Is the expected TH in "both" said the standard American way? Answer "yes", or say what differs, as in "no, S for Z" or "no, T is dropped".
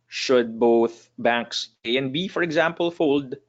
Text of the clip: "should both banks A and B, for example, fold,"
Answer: yes